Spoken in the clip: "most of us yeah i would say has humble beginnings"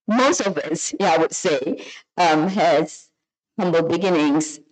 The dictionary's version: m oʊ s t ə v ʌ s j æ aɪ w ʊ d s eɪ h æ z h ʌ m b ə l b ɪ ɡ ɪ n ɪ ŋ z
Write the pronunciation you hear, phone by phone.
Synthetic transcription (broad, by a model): m oʊ s t ə v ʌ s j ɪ aɪ w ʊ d s eɪ h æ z h ʌ m b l b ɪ ɡ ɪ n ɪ ŋ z